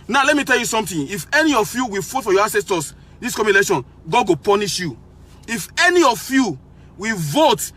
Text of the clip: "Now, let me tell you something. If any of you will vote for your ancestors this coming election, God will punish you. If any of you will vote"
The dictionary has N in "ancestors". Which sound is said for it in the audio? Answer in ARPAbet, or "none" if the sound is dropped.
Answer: none